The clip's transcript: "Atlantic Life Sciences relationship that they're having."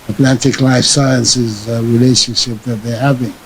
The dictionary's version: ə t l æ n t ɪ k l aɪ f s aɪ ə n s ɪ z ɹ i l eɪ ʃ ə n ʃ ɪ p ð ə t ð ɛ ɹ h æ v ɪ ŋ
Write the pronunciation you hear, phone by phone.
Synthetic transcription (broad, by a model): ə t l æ n t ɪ k l aɪ f s aɪ ə n s ɪ z ɹ i l eɪ ʃ ə n ʃ ɪ p ð ə t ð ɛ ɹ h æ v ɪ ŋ